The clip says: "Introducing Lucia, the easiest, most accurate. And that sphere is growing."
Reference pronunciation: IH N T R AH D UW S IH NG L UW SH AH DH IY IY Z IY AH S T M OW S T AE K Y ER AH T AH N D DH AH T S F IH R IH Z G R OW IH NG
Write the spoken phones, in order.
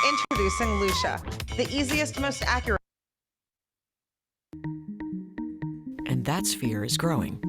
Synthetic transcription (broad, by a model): IH N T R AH D UW S IH NG L UW SH AH DH IY IY Z IY AH S T M OW S T AE K Y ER T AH N DH AH T S F IH R IH Z G R OW IH NG